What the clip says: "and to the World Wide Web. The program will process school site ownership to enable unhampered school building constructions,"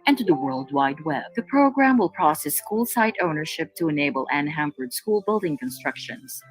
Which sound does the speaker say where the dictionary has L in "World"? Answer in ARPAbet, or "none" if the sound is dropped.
L